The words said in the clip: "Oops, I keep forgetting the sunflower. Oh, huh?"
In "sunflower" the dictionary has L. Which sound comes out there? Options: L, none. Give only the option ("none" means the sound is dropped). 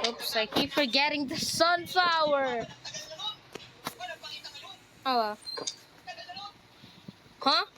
none